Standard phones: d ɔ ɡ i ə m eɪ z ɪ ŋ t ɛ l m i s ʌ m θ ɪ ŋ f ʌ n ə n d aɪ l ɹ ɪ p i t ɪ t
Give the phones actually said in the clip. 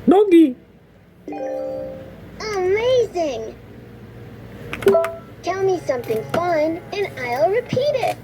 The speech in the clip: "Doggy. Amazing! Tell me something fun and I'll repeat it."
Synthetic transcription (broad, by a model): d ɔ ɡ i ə m eɪ z ɪ ŋ t ɛ l m i s ʌ m θ ɪ ŋ f ʌ n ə n aɪ l ɹ ɪ p i t ɪ t